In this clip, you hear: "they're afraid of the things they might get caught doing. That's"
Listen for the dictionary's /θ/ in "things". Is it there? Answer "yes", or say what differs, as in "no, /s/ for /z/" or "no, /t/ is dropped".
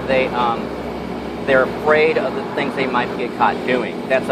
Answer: yes